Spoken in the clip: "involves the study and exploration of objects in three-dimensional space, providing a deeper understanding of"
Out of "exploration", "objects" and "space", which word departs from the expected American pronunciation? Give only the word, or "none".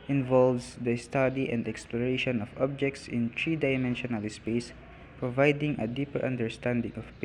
none